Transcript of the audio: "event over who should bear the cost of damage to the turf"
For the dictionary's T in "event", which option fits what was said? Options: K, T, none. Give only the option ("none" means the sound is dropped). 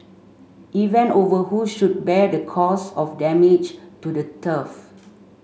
none